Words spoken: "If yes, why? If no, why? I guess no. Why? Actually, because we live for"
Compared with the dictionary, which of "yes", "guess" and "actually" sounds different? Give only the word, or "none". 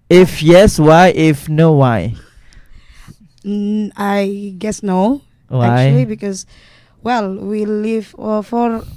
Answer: actually